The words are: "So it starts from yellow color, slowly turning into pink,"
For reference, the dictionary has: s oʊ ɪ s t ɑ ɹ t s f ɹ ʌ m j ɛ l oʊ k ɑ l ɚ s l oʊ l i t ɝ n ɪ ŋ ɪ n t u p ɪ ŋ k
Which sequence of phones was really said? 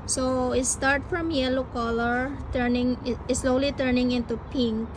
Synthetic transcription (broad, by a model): s oʊ ɪ s t ɑ ɹ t f ɹ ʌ m j ɛ l oʊ k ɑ l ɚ s l oʊ l i t ɝ n ɪ ŋ ɪ n t u p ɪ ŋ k